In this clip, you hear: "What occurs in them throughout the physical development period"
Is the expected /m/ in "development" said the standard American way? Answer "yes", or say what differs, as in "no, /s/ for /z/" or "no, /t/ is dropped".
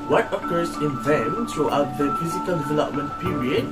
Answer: yes